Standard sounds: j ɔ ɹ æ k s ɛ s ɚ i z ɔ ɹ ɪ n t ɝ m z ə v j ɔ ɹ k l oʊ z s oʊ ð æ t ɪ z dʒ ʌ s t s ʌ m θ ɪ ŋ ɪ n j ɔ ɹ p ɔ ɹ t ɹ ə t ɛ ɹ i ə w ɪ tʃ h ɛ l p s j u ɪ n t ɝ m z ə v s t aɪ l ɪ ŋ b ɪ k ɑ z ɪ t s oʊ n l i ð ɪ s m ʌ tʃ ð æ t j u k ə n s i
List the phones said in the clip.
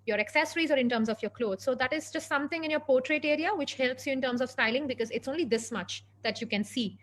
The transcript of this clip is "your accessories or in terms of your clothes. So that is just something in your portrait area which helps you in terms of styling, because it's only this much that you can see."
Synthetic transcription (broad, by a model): j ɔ ɹ æ k s ɛ s ɚ i z ɔ ɹ ɪ n t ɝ m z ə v j ɔ ɹ k l oʊ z s oʊ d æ t ɪ z dʒ ʌ s t s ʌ m t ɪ ŋ ɪ n j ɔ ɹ p ɔ ɹ t ɹ ə t ɛ ɹ i ə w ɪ tʃ h ɛ l p s j u ɪ n t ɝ m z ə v s t aɪ l ɪ ŋ b ɪ k ɑ z ɪ t s oʊ n l i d ɪ s m ʌ tʃ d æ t j u k ə n s i